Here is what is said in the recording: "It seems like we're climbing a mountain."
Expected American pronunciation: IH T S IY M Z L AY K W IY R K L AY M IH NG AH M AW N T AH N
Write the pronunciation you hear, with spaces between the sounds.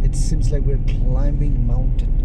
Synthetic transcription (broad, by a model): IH T S IY M Z L AY K W IY R K L AY M IH NG M AW N T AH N